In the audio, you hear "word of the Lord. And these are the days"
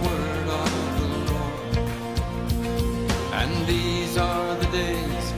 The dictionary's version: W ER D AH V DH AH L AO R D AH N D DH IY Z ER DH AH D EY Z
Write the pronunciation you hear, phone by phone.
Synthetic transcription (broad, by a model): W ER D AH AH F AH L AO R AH N DH IY Z ER DH AH D EY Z